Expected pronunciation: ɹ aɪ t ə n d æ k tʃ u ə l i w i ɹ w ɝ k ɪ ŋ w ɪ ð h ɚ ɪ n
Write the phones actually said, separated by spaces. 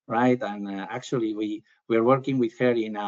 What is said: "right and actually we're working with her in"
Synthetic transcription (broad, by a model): ɹ aɪ t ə n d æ k tʃ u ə w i w i ɹ w ɝ k ɪ ŋ w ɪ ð h ɚ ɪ n